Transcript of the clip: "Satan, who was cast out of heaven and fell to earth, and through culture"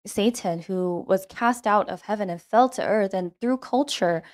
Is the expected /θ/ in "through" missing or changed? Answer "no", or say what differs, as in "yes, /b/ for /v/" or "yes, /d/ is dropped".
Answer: no